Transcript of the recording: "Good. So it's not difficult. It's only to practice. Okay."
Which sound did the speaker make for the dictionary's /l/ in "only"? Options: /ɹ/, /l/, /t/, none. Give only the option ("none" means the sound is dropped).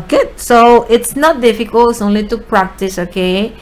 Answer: /l/